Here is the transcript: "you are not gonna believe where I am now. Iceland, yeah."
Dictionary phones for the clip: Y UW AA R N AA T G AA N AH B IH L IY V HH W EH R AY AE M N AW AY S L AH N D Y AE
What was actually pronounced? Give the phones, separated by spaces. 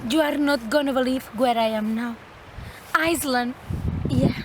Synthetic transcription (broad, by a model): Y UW AA R N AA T G AA N AH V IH L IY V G W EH R AY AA M N AW AY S L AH N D Y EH